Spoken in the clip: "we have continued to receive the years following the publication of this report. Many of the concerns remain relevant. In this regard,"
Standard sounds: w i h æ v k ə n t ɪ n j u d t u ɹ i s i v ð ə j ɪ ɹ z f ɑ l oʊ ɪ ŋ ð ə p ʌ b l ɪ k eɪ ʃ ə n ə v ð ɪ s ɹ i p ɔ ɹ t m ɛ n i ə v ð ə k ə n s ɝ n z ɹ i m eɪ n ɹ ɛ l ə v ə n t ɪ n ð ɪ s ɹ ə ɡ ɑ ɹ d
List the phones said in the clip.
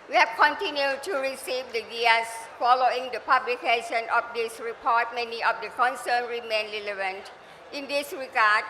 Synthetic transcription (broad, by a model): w i h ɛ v k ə n t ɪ n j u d t u ɹ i s i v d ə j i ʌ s f ɑ l oʊ ɪ ŋ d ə p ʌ b l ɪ k eɪ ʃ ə n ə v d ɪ s ɹ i p ɔ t m ɛ n i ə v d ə k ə n s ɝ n ɹ i m eɪ n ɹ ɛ l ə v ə n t ɪ n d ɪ s ɹ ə ɡ ɑ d